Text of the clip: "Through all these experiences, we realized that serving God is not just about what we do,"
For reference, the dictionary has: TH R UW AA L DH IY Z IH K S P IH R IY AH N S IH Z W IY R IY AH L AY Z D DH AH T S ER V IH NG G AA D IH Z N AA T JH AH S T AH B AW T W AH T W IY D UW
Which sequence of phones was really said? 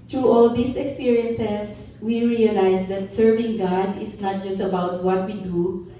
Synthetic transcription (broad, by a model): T R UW AA L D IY S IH K S P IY R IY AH N S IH S W IY R IY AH L AY S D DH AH T S ER V IH NG G AA D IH S N AA T JH AH S T AH B AW T W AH T W IY D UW